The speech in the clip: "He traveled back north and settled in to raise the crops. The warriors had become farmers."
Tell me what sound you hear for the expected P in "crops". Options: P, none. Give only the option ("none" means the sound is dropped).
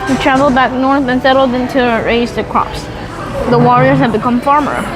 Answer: P